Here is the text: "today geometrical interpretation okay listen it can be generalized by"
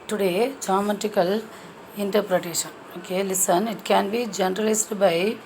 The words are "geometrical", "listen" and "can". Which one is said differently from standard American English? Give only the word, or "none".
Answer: geometrical